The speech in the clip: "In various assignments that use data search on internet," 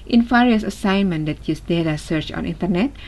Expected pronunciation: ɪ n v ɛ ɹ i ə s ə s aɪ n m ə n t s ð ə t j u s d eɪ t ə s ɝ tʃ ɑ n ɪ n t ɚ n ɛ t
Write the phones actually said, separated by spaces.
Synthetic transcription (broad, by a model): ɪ n f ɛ ɹ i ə s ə s aɪ n m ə n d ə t j u s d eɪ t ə s ɝ tʃ ɑ n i n t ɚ n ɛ t